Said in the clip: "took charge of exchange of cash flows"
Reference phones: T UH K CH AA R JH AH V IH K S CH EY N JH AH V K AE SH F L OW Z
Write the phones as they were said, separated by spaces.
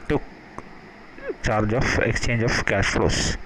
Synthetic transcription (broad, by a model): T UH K CH AA R JH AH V IH K S CH EY N JH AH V K AE SH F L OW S